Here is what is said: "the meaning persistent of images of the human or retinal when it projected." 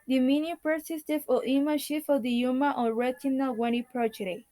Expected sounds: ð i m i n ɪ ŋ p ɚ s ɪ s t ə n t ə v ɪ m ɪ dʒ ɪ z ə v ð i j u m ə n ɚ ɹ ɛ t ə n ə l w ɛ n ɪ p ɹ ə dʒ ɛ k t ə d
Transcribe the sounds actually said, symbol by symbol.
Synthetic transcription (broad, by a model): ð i m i n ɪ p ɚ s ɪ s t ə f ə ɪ m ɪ ʃ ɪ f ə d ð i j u m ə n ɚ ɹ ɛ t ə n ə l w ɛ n ɪ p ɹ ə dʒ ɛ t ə